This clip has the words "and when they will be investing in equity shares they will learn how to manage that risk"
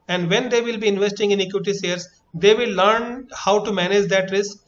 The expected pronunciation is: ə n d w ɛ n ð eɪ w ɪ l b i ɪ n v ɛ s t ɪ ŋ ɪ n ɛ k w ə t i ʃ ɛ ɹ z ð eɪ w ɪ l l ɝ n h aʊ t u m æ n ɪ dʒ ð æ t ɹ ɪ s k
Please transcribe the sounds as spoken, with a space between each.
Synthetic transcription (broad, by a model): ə n d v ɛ n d eɪ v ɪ l b i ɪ n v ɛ s t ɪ ŋ ɪ n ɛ k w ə t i s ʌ ɹ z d eɪ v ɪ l l ɝ n h aʊ t u m æ n ɪ dʒ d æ t ɹ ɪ s k